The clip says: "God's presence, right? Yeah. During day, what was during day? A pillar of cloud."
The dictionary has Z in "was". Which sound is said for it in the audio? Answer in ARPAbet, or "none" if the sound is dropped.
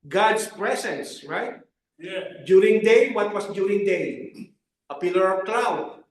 S